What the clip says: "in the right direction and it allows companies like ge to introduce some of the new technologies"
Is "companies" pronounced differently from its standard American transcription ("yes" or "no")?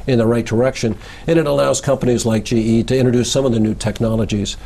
no